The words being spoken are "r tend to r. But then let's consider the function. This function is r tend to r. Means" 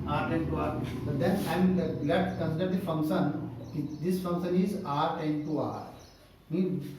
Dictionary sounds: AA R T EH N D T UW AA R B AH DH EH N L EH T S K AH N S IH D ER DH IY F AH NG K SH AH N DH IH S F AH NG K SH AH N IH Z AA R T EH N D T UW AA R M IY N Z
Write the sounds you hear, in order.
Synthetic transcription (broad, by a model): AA R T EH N T UW AA R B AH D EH N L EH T K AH N S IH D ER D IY F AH NG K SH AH N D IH S F AH NG K SH AH N IH Z AA R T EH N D T UW AA R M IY